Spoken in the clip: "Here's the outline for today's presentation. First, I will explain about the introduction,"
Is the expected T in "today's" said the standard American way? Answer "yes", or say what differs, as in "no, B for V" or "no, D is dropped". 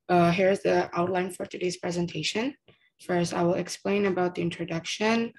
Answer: yes